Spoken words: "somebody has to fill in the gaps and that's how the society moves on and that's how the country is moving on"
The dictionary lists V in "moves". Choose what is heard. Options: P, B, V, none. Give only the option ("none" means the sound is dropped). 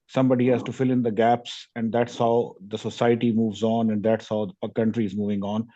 V